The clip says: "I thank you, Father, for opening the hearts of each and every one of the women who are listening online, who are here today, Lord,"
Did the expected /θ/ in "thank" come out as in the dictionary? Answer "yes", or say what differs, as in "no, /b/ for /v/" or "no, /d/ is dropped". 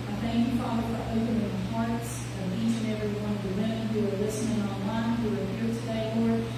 yes